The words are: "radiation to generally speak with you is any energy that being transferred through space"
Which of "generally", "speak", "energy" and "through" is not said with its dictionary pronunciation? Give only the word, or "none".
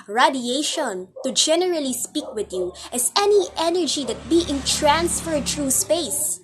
through